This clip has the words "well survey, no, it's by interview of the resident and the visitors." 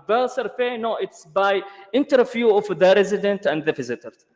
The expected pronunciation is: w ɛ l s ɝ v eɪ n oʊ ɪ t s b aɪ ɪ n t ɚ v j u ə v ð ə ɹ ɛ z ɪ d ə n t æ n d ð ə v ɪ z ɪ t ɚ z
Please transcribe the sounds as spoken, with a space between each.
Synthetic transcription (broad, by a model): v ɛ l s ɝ f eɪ n oʊ ɪ t s b aɪ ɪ n t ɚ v j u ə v ð ə ɹ ɛ z ɪ d ə n t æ n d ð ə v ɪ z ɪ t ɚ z